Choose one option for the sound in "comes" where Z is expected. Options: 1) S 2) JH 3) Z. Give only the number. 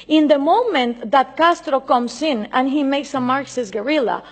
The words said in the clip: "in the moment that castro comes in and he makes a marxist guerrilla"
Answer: 1